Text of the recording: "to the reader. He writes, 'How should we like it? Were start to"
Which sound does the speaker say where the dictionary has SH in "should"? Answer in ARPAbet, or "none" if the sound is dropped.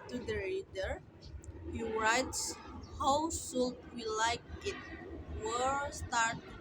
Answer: S